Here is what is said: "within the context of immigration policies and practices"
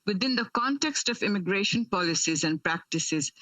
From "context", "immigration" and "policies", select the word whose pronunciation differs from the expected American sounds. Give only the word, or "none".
none